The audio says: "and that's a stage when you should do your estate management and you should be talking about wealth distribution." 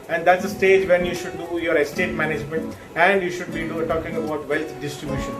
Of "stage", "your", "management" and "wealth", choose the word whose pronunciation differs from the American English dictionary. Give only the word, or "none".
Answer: wealth